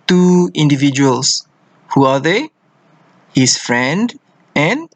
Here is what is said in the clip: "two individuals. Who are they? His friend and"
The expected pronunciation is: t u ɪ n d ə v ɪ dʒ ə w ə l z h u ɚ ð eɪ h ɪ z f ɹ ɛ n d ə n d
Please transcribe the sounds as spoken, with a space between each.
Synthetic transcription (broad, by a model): t u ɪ n d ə v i dʒ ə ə l s h u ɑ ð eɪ h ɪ s f ɹ ɛ n d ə n